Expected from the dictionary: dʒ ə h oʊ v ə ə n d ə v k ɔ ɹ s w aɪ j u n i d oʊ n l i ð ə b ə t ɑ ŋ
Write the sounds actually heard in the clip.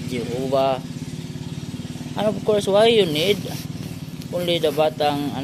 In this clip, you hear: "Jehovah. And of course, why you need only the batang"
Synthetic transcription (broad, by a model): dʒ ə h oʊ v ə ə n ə p k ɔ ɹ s w aɪ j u n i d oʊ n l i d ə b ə t ɑ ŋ